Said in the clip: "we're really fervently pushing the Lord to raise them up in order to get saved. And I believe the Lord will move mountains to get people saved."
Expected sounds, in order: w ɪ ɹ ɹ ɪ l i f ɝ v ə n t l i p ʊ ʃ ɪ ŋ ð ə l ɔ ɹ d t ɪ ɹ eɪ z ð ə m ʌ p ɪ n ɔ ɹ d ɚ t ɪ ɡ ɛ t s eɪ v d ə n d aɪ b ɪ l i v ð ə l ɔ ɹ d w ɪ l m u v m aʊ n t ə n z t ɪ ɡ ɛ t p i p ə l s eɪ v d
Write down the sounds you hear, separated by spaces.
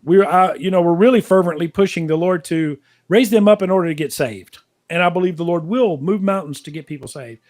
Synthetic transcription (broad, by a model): w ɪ ɹ ɹ ɪ l i f ɝ v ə n t l i p ʊ ʃ ɪ ŋ ð ə l ɔ ɹ d t ɪ ɹ eɪ z ð ə m ʌ p ɪ n ɔ ɹ d ɚ t ɪ ɡ ɛ t s eɪ v d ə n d aɪ b ɪ l i v ð ə l ɔ ɹ d w ɪ l m u v m aʊ n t n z t ɪ ɡ ɛ t p i p l s eɪ v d